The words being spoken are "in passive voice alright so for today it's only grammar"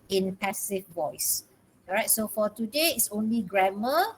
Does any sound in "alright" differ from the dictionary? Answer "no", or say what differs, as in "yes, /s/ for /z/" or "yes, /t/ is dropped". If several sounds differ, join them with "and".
yes, /l/ is dropped